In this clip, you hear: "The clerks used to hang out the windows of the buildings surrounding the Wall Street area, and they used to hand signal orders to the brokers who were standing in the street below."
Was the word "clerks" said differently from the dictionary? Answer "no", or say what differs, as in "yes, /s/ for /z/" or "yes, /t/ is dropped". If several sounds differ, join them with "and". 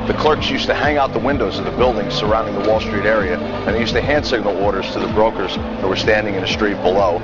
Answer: no